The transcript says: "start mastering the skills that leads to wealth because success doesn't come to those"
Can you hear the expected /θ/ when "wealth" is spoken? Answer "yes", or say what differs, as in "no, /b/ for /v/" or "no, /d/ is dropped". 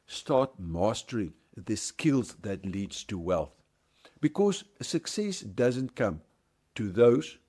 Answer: yes